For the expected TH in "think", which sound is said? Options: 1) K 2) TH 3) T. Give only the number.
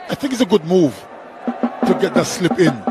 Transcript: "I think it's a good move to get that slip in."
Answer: 2